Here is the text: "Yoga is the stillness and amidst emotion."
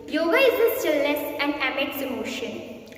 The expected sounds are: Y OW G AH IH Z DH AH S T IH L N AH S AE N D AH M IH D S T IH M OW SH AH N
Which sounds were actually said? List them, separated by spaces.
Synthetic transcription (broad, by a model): Y OW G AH IH Z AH S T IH L AH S AE N D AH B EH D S IH M OW SH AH N